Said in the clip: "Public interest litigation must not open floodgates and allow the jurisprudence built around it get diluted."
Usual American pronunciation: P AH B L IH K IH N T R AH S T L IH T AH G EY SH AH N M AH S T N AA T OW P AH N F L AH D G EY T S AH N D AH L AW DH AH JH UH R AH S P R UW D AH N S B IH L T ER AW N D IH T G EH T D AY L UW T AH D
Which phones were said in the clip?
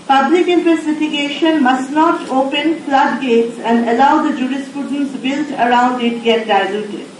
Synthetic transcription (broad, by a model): P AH B L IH K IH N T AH T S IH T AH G EY SH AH N M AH S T N AA T OW P AH N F L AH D G EY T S AH N D AH L AW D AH JH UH R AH S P R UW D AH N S B IH L T ER AW N D IH T G EH T D AY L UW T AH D